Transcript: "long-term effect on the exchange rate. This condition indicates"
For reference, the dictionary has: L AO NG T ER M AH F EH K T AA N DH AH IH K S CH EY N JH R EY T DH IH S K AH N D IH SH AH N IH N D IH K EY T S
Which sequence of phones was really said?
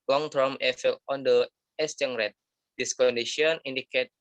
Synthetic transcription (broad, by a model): L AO NG T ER M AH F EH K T AA N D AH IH S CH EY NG R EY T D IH S K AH N D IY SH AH N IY N D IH K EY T